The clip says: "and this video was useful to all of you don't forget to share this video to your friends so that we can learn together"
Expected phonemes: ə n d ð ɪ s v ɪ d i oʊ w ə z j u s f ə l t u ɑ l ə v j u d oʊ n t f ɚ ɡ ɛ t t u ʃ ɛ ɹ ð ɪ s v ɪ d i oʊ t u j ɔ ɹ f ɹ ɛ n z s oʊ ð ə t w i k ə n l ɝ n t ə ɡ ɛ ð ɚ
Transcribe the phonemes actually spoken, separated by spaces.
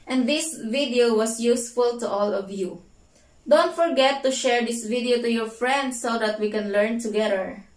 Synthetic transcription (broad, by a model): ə n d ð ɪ s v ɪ d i oʊ w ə s j u s f ə l t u ɑ l ə v j u d oʊ n t f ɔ ɡ ɛ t t u ʃ ɛ ɹ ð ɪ s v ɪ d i oʊ t u j ɔ ɹ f ɹ ɛ n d s oʊ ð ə t w i k ə n l ɝ n t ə ɡ ɛ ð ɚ